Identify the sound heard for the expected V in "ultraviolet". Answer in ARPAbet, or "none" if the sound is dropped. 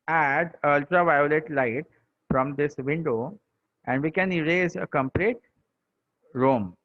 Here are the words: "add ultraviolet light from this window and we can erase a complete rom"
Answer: V